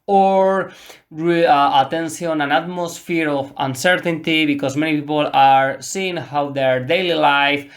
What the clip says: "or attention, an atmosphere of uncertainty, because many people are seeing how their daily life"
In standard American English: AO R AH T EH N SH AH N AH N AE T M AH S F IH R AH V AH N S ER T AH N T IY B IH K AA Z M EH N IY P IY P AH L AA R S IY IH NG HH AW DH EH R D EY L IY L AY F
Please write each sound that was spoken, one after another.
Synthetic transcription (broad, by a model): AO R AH T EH N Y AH N AH N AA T M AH S F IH R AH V AH N S ER T AH N T IY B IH K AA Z M EH N IY P IY P AH L AA R S IY IH NG HH AW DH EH R D EY L IY L AY F